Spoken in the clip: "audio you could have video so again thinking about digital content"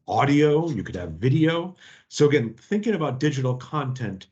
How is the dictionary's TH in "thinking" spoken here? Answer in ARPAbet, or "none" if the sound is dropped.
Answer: TH